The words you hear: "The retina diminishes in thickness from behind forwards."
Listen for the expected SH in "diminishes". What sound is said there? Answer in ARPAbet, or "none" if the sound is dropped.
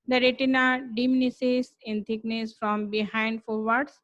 S